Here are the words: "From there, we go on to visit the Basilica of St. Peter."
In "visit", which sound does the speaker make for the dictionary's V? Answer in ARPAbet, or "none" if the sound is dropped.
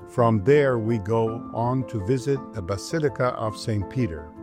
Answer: V